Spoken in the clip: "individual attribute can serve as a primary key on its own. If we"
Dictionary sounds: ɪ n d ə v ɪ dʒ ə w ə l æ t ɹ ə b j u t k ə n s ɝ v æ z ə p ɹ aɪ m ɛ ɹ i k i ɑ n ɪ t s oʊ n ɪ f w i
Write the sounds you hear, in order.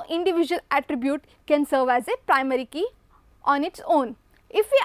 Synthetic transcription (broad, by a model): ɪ n d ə v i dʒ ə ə l æ t ɹ ə b j u t k ə n s ɝ v æ z ə p ɹ aɪ m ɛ ɹ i k i ɑ n ɪ t s oʊ n ɪ f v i